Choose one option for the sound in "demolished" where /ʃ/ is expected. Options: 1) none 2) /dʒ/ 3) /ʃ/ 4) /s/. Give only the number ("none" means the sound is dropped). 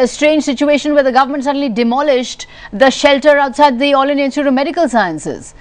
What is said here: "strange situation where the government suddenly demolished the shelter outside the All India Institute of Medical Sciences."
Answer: 3